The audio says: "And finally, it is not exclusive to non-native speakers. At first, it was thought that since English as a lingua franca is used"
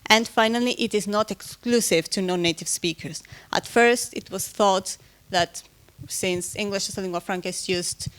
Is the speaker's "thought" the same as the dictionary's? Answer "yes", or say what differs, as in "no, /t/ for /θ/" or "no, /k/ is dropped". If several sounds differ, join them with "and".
yes